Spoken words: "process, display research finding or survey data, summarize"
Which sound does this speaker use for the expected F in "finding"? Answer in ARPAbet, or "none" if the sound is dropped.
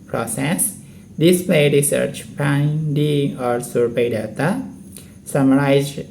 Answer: P